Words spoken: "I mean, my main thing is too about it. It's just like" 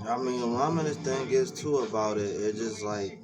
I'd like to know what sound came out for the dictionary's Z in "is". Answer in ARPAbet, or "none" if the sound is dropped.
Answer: S